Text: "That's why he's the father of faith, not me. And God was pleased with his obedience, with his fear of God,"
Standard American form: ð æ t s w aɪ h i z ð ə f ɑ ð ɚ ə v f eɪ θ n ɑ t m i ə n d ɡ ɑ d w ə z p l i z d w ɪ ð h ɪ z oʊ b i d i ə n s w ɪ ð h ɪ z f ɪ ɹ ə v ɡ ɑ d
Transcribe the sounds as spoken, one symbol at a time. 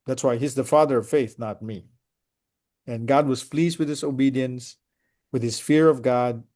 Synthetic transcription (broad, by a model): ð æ t s w aɪ h i z ð ə f ɑ ð ɚ ə v f eɪ θ n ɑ t m i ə n ɡ ɑ d w ə z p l i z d w ɪ ð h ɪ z oʊ b i d i ə n s w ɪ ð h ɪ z f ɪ ɹ ə v ɡ ɑ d